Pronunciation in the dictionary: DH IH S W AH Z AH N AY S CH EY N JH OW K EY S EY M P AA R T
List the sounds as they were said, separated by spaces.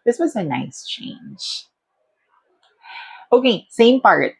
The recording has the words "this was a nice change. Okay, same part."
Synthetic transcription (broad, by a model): DH IH S W AH Z AH N AY S CH EY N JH OW K EY S EY M P AA R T